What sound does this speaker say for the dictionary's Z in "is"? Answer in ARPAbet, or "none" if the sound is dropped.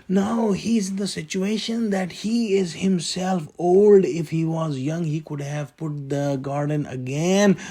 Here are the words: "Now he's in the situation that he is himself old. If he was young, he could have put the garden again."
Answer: Z